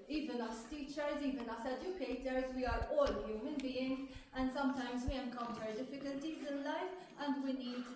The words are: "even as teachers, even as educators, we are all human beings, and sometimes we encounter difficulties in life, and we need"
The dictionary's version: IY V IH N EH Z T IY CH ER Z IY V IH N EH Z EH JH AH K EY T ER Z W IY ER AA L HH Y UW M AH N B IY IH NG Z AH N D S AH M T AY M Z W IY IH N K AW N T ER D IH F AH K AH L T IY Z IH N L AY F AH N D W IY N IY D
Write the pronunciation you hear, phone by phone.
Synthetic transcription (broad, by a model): IY V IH N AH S T IY CH ER Z IY V IH N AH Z EH JH AH K EY T ER Z W IY ER AA L HH Y UW M AH N B IY IH NG Z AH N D S AH M T AY M Z W IY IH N K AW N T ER D IH F AH K AH L T IY Z IH N L AY F AH N D W IY N IY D